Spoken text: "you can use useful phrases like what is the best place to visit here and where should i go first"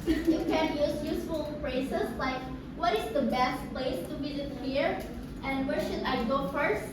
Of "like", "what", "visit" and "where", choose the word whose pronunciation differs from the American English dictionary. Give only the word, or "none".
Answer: visit